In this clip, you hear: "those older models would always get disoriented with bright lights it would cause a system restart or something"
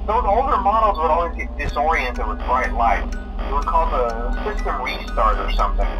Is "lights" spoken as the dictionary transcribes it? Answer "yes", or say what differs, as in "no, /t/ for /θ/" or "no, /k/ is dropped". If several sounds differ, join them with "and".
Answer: no, /s/ is dropped